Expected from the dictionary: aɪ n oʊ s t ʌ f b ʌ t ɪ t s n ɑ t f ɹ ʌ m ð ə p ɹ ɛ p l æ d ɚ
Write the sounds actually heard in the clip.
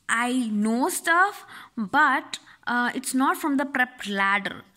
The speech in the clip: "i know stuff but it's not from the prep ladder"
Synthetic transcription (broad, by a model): aɪ n oʊ s t ʌ f b ʌ t ɪ t s n ɑ t f ɹ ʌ m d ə p ɹ ɛ p l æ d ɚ